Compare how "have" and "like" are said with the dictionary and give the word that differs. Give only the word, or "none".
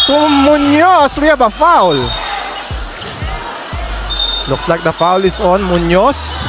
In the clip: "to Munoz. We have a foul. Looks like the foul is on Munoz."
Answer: have